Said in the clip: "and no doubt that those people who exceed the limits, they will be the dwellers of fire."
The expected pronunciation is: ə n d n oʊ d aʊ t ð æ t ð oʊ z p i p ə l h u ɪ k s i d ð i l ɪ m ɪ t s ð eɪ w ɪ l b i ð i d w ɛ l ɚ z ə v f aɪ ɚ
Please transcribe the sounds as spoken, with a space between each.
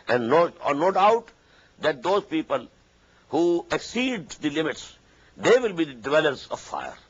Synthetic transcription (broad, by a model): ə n d n oʊ d aʊ t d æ t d oʊ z p i p ə l h u ɪ k s i d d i l ɪ m ɪ t s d eɪ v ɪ l b i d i d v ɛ l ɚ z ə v f aɪ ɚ